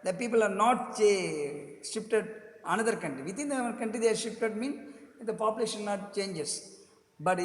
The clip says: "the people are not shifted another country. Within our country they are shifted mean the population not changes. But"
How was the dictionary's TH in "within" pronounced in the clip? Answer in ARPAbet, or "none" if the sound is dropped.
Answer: T